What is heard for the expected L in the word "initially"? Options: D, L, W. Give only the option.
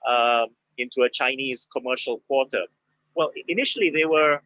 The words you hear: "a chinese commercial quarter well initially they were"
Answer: L